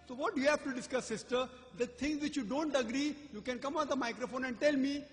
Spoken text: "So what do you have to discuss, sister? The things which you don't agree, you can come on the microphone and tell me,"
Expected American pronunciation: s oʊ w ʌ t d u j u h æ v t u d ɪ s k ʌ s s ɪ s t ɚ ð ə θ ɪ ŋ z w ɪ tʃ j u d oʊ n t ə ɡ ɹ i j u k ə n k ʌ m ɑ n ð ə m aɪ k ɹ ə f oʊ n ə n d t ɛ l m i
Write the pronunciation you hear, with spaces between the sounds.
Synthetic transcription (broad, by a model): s oʊ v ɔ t d u j u h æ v t u d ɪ s k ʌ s s ɪ s t ɚ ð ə t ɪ ŋ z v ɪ tʃ j u d oʊ n t ə ɡ ɹ i j u k ə n k ʌ m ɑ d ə m aɪ k ɹ ə f oʊ n ə n d t ɛ l m i